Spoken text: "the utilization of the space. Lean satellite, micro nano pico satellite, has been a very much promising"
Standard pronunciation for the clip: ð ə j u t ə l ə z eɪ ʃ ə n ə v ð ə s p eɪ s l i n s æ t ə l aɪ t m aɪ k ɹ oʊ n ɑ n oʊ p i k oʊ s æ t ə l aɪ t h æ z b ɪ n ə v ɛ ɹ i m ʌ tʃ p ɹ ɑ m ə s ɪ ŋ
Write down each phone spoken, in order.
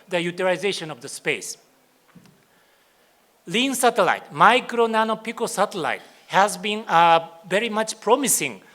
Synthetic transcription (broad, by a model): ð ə j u t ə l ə z eɪ ʃ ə n ə v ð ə s p eɪ s l i n s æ t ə l aɪ t m aɪ k ɹ oʊ n ɑ n oʊ p i k oʊ s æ t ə l aɪ t h æ z b ɪ n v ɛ ɹ i m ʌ tʃ p ɹ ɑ m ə s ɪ ŋ